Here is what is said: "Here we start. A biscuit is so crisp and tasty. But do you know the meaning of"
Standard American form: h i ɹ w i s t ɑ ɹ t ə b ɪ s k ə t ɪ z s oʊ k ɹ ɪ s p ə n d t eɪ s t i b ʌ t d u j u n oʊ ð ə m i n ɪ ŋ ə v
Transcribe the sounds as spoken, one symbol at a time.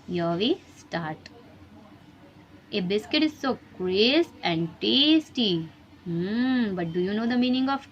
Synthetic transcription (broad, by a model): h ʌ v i s t ɑ ɹ t ə b ɪ s k ə t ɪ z s oʊ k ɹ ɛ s ə n d t eɪ s t i b ʌ t d u j u n oʊ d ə m i n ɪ ŋ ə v